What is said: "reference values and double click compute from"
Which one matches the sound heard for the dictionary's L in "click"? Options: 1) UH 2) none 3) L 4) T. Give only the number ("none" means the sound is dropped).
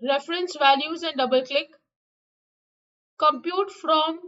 3